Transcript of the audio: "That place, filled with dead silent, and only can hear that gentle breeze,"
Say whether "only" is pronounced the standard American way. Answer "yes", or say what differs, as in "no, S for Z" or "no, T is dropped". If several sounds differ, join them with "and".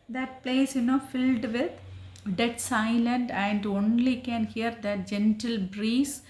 yes